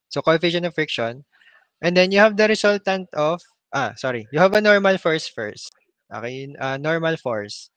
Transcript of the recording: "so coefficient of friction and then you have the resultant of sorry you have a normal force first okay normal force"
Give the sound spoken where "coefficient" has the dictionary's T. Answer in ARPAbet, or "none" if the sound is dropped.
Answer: none